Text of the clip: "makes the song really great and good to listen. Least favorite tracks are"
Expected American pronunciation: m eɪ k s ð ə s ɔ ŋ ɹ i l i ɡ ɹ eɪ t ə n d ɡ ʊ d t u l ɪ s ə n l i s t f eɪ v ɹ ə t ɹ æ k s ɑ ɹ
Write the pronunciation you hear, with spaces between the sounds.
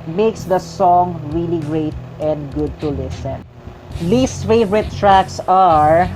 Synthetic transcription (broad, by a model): m eɪ k s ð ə s ɔ ŋ ɹ i l i ɡ ɹ eɪ t ə n d ɡ ʊ d t u l ɪ s ə n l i s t f eɪ v ɹ ə t ɹ æ k s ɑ ɹ